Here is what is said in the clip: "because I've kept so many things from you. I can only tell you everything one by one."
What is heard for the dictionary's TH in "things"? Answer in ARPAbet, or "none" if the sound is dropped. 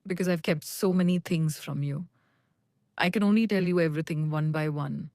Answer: T